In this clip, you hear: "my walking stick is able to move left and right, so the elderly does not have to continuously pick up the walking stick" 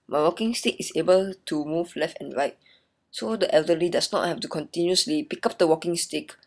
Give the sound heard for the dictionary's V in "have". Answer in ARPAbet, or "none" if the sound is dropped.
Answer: F